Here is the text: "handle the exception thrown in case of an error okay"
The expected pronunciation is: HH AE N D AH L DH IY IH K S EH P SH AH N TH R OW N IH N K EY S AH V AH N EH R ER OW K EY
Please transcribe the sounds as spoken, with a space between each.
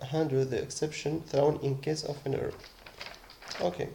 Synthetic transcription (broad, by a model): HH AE N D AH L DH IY IH K S EH P SH AH N TH R OW N IH N K EY S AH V AH N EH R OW K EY